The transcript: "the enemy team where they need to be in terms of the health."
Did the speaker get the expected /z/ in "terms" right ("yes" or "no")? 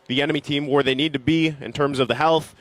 yes